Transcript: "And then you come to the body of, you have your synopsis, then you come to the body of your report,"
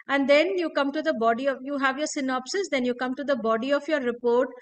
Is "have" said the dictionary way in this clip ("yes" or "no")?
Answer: yes